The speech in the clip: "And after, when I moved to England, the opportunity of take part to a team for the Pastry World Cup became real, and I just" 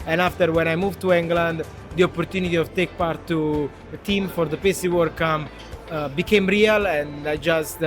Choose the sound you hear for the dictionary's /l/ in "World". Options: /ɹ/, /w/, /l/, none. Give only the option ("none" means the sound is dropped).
none